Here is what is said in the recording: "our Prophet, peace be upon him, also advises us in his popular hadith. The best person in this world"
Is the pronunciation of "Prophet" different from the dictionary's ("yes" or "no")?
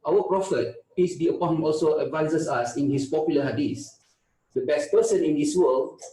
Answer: no